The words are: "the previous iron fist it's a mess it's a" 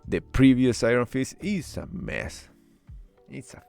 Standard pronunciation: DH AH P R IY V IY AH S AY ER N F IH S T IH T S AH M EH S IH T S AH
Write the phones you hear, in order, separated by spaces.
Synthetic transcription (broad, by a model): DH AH P R IY V IY AH S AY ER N F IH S IH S AH M EH S IH T S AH